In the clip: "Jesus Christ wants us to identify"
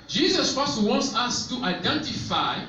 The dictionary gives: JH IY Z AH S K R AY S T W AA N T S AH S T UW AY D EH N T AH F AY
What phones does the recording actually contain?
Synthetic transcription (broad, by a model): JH IY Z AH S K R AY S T W AA N T S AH S T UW AY D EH N T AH F AY